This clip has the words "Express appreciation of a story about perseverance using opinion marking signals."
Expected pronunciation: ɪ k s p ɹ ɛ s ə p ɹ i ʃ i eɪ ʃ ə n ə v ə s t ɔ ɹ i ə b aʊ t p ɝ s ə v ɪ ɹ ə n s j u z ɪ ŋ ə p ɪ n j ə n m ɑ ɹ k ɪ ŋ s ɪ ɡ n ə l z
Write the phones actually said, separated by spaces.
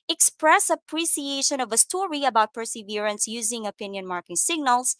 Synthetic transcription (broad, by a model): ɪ k s p ɹ ɛ s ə p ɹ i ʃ i eɪ ʃ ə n ə v ə s t ɔ ɹ i ə b aʊ t p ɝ s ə v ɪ ɹ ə n s j u z ɪ ŋ ə p ɪ n j ə n m ɑ ɹ k ɪ ŋ s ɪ ɡ n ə l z